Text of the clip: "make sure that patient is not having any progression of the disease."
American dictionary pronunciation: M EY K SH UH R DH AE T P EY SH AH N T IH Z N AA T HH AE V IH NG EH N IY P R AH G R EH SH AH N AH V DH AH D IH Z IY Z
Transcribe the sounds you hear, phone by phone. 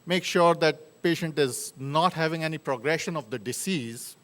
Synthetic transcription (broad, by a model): M EY K SH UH R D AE T P EY SH AH N T IH Z N AA T HH AE V IH NG EH N IY P R AH G R EH SH AH N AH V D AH D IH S IY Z